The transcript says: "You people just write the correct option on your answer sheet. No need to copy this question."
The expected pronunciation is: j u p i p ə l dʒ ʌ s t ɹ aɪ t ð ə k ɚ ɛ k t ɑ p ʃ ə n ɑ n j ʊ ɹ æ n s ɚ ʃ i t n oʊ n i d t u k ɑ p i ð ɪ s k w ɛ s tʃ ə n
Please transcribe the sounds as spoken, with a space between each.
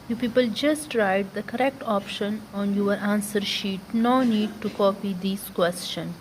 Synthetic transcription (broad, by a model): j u p i p ə l dʒ ʌ s t ɹ aɪ t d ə k ɚ ɛ k t ɑ p ʃ ə n ɑ n j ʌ ɹ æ n s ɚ ʃ i t n oʊ n i d t u k ɑ p i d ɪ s k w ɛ s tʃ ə n